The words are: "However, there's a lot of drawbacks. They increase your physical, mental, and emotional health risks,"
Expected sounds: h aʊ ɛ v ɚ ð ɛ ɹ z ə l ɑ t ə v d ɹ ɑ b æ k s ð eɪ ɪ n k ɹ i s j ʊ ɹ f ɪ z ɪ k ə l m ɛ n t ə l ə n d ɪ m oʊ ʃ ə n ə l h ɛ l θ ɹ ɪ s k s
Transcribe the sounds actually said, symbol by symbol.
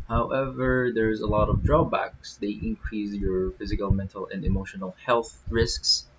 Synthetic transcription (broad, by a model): h aʊ ɛ v ɚ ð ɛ ɹ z ə l ɑ t ə v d ɹ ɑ b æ k s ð eɪ ɪ n k ɹ i s j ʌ ɹ f ɪ z ɪ k ə l m ɛ n t ə l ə n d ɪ m oʊ ʃ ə n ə l h ɛ l θ ɹ ɪ s k s